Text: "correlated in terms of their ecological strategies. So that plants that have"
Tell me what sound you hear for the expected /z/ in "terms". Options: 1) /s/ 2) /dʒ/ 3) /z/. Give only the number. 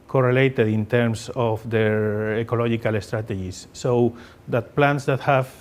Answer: 1